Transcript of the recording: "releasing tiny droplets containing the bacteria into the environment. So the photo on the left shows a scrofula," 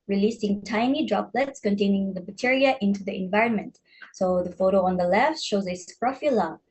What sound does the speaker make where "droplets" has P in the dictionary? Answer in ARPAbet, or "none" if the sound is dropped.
P